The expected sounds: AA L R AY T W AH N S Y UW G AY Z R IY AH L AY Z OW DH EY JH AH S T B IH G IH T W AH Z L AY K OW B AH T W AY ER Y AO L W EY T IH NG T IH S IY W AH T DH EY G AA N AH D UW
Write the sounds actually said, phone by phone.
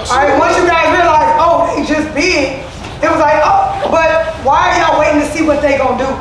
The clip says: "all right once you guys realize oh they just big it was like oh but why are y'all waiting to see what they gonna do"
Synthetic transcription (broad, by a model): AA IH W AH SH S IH AY R IY AH L AY Z OW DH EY JH AH S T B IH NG IH T W AH Z L AY K OW B AH T W AY ER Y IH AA W EY T IH NG T IH S IY W AH T DH EY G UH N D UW